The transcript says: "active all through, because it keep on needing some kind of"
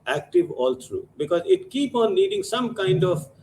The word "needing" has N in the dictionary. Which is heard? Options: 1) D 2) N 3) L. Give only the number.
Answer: 3